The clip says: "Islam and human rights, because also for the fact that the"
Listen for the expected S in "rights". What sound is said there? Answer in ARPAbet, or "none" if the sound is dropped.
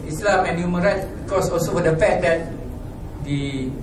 none